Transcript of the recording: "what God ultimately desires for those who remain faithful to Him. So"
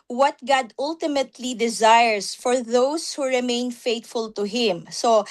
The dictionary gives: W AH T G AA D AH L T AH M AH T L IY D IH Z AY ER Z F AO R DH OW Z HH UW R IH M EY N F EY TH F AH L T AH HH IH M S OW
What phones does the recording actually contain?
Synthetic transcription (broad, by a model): W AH T G AA D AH L T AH M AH T L IY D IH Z AY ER S F AO R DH OW S HH UW R IH M EY N F EY T F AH L T AH HH IH M S OW